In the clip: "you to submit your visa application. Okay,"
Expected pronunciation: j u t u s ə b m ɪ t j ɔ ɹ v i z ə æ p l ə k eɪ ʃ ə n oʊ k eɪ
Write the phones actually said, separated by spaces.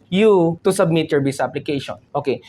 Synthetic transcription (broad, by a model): j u t u s ə b m ɪ t j ɔ ɹ b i s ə p l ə k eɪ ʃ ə n oʊ k eɪ